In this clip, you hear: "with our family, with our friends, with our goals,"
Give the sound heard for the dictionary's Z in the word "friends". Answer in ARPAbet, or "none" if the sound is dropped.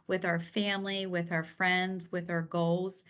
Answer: Z